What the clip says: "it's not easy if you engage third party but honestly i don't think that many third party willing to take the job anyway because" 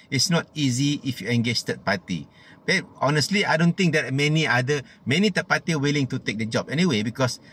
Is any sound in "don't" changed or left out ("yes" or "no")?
no